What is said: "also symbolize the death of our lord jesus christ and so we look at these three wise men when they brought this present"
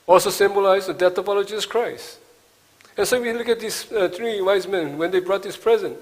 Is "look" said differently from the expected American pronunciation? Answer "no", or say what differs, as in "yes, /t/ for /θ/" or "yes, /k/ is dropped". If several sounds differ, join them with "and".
no